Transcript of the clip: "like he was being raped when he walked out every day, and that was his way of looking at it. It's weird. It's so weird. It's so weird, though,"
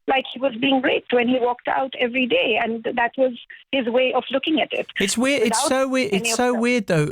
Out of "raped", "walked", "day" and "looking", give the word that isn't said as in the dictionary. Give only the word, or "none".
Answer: raped